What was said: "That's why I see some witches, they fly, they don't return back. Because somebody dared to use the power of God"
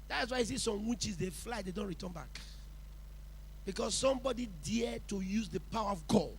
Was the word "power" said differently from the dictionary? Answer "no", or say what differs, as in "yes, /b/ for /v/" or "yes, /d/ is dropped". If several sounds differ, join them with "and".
no